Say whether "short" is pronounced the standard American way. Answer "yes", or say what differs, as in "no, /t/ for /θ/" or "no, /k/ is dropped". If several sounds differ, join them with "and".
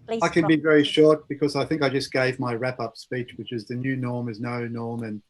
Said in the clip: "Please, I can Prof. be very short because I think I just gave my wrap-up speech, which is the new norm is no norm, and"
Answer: yes